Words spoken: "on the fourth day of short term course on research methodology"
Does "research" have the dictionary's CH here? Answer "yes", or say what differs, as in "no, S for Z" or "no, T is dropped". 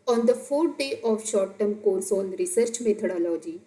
yes